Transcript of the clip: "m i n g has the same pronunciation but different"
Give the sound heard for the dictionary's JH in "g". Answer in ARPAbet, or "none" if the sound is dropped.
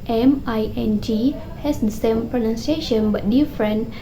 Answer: JH